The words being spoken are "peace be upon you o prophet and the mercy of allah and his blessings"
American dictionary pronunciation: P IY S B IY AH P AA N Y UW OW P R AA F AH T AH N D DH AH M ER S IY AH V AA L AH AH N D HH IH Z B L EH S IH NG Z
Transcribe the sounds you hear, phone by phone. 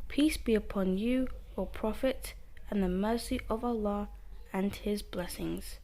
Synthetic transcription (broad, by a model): P IY S B IY AH P AA N Y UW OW P R AA F AH T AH N DH AH M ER S IY AH V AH L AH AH N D HH IH Z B L EH S IH NG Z